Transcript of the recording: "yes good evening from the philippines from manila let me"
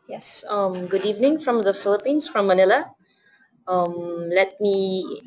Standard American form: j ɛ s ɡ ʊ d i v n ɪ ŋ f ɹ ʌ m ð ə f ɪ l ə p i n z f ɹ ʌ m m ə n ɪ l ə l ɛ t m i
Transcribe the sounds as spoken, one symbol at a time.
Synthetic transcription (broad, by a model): j ɛ s ɡ ʊ d i v n ɪ ŋ f ɹ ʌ m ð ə f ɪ l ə p i n s f ɹ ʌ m m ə n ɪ l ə l ɛ t m i